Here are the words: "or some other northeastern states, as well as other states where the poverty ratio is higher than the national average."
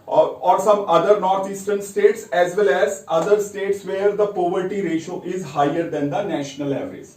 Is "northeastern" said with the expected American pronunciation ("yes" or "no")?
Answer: no